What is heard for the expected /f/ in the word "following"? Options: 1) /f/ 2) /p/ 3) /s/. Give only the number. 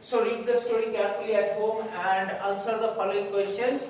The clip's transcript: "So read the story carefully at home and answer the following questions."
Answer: 2